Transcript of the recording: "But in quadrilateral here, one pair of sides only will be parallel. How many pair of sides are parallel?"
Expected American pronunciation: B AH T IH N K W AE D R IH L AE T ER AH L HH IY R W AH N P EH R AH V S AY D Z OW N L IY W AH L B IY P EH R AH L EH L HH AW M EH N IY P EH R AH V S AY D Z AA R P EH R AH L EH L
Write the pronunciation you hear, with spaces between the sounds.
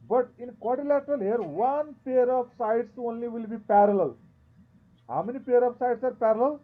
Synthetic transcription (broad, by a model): B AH T IH N K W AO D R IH L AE T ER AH L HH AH R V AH N P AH R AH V S AY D S OW N L IY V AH L B IY P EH R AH L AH L HH AW M EH N IY P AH R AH F S AY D S AA R P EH R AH L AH L